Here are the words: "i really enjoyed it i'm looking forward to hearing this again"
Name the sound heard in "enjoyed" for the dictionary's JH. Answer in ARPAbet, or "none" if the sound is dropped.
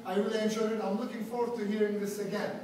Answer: SH